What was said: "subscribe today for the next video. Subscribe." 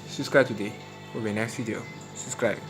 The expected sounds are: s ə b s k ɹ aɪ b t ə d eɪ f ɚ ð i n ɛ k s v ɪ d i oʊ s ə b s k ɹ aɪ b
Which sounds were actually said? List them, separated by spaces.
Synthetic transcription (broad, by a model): s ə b s k ɹ aɪ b t ə d eɪ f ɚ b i n ɛ k s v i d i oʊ s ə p s k ɹ aɪ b